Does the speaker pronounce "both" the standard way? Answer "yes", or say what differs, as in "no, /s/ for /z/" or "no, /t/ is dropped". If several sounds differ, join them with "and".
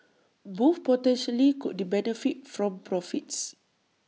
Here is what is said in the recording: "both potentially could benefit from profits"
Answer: no, /f/ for /θ/